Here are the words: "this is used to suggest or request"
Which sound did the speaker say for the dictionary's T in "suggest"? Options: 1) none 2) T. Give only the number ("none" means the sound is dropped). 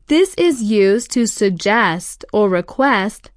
2